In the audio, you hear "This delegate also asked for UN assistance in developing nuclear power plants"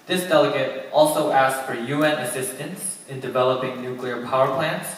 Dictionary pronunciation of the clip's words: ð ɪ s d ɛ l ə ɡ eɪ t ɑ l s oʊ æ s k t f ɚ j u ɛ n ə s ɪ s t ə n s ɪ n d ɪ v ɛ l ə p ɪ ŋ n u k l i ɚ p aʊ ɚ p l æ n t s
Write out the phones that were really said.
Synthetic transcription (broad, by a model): ð ɪ s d ɛ l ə ɡ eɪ t ɑ l s oʊ æ s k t f ɚ j u ɛ n ə s ɪ s t ə n s ɪ n d ɪ v ɛ l ə p ɪ ŋ n u k l i ɚ p aʊ ɚ p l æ n t s